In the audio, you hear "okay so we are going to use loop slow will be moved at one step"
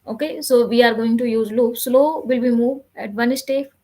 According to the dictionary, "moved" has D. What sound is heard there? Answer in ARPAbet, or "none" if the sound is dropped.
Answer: none